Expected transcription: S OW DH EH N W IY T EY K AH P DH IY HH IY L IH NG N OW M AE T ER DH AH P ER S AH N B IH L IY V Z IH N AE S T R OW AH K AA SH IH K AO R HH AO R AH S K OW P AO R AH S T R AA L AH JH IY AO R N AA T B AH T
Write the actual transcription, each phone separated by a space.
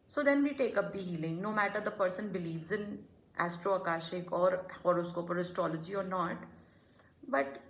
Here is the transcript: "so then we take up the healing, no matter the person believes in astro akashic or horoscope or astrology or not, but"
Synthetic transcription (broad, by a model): S OW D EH N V IY T EY K AH P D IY HH IY L IH NG N OW M AE T ER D AH P ER S AH N B IH L IY V Z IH N AE S T R OW AH K AA SH IH K AO R HH AO R AH S K OW P AO R AH S T R AA L AH JH IY AO R N AA T B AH T